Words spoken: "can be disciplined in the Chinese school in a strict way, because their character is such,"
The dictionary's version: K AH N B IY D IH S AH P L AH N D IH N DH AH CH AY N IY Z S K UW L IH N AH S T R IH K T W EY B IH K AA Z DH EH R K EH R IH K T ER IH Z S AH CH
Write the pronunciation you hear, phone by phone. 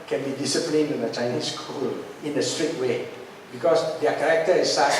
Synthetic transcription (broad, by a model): K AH N B IY D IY S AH P L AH N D IH N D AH CH AY N IY S K UW L IH N AH S T R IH T W EY B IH K AA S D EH K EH R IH K T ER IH S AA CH